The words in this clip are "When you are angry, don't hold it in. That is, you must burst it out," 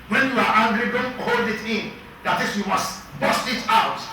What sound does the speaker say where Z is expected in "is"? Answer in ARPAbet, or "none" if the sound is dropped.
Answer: S